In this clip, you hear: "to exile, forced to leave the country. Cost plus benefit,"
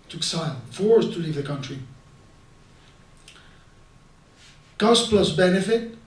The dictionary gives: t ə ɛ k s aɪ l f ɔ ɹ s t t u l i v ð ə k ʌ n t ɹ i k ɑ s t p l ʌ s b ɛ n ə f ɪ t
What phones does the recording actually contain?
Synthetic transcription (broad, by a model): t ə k s aɪ n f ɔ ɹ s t t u l i v ð ə k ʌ n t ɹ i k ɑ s p l ʌ s b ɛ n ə f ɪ t